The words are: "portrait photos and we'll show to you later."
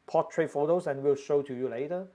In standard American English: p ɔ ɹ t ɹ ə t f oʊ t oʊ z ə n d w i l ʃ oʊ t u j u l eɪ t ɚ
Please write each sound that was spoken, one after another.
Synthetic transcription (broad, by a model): p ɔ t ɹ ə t f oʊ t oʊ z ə n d w i l ʃ oʊ t u j u l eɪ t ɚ